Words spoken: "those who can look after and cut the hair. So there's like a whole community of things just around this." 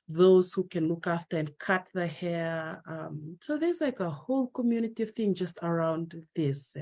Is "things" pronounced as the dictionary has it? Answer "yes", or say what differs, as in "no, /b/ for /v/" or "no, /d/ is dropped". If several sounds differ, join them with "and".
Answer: no, /z/ is dropped